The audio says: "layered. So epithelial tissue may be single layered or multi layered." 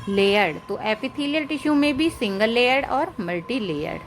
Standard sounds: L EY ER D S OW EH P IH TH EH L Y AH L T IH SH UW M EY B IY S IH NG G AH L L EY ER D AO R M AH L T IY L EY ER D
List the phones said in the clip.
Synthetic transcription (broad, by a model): L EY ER D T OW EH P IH T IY L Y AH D T IH SH UW M EY B IY S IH NG G AH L L EY ER D AO R M AH L T IY L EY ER D